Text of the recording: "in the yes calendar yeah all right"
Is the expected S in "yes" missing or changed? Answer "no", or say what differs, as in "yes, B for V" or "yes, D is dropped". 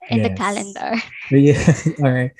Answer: yes, S is dropped